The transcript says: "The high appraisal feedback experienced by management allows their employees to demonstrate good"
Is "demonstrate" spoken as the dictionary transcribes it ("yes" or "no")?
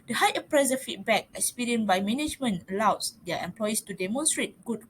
yes